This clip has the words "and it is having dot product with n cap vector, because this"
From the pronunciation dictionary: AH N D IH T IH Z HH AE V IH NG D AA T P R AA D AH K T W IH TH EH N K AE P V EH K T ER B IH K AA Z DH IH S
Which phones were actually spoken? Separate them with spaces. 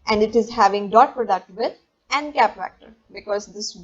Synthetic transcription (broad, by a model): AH N D IH T IH Z HH AE V IH NG D AA T P R AA D AH K T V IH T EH N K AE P F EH K T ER B IH K AA Z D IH S